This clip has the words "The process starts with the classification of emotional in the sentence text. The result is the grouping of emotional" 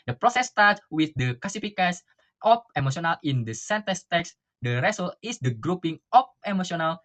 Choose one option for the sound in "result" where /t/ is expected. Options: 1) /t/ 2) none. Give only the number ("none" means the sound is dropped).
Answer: 2